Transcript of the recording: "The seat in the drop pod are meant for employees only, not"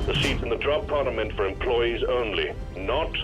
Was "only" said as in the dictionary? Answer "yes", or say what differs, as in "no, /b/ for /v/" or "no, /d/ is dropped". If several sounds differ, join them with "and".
yes